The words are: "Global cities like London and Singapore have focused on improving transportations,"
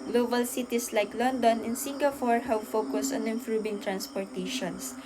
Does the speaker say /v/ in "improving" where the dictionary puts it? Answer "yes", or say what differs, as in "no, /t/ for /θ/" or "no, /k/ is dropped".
no, /b/ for /v/